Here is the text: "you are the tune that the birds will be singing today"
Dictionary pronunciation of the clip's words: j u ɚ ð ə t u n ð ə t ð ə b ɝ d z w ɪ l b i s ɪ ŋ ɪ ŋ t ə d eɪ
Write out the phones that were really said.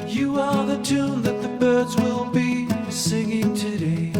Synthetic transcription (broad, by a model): j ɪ ɚ ð ə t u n ð ə t ð ə b ɝ d z w ɪ l b i s ɪ ŋ ɪ ŋ t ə d eɪ